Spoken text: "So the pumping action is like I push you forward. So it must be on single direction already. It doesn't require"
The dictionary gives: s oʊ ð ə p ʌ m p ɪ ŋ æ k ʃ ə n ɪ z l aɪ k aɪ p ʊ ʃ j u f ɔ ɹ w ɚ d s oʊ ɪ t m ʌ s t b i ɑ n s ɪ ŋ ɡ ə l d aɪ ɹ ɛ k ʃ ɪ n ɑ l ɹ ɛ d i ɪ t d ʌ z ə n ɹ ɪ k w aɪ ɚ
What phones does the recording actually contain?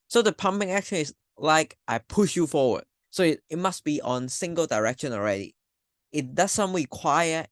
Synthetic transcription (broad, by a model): s oʊ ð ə p ʌ m p ɪ ŋ æ k ʃ ə n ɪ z l aɪ k aɪ p ʊ ʃ j u f ɔ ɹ w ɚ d s oʊ ɪ t m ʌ s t b i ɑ n s ɪ ŋ ɡ ə l d aɪ ɹ ɛ k ʃ ɪ n ɑ l ɹ ɛ d i ɪ t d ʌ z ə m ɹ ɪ k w aɪ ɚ